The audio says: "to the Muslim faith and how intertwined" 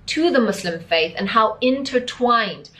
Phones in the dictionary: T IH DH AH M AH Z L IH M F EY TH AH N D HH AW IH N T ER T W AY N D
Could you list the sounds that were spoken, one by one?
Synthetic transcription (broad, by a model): T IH DH AH M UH S L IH M F EY TH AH N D HH AW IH N T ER T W AY N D